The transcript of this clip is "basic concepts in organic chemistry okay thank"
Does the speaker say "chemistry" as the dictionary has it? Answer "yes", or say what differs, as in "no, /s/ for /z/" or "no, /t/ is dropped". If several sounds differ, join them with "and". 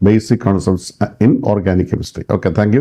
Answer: no, /ɹ/ is dropped